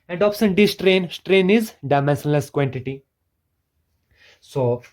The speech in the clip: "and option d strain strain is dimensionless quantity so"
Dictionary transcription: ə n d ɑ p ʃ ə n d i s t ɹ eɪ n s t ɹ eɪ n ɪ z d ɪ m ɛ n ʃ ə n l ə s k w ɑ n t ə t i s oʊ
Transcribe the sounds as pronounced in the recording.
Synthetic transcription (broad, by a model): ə n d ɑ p s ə n d i s t ɹ eɪ n s t ɹ eɪ n ɪ z d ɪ m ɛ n s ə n l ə s k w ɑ n t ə t i s oʊ